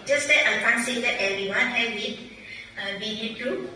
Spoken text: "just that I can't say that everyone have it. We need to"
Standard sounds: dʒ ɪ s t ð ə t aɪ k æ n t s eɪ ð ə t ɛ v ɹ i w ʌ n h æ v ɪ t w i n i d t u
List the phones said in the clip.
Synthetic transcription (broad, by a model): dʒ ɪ s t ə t aɪ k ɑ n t s eɪ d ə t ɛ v ɹ i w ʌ n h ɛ w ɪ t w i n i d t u